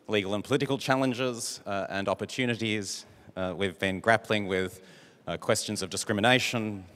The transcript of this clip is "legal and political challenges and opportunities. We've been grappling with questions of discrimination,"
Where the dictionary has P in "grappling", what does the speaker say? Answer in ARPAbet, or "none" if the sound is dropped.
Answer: P